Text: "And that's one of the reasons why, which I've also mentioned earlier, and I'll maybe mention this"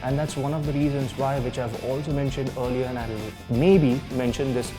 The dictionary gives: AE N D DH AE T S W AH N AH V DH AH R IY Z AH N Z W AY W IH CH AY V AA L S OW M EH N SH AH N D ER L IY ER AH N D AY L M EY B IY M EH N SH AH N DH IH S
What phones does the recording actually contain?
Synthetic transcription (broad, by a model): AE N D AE T S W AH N AH V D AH R IY Z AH N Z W AY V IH CH AY V AA L S OW M EH N SH AH N D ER L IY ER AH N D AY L M EY B IY M EH N SH AH N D IH S